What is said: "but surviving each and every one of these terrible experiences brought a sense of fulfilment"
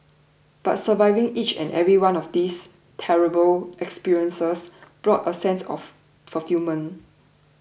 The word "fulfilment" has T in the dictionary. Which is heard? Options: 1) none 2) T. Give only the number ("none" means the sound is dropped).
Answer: 1